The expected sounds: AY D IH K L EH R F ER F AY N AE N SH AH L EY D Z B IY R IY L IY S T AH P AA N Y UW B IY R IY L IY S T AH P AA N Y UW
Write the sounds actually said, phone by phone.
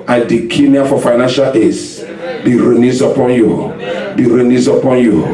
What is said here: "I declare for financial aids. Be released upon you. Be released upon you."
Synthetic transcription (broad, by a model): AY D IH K N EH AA F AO F AY N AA N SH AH L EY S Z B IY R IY N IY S AH P AA N Y UW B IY R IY N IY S AH P AA N Y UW